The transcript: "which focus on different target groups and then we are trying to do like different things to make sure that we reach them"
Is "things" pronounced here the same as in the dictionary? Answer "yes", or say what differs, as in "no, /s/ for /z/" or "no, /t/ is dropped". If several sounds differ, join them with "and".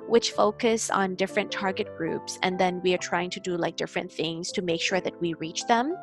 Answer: yes